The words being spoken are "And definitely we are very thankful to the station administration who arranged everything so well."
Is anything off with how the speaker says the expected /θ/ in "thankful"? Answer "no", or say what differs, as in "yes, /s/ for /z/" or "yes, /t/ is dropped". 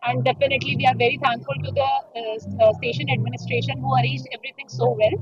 yes, /t/ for /θ/